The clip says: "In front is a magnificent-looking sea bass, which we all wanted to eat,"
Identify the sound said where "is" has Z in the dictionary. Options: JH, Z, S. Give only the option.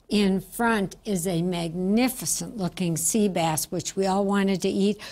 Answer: Z